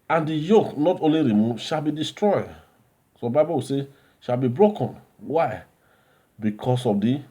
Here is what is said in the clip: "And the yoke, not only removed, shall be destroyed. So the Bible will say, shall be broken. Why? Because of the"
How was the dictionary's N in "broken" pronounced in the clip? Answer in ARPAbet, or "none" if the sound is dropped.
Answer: N